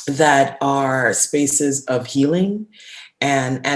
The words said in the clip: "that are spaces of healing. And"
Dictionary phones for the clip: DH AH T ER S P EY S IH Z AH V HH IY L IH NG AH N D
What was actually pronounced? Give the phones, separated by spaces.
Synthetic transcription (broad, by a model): DH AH T ER S P EY S IH Z AH V HH IY L IH NG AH N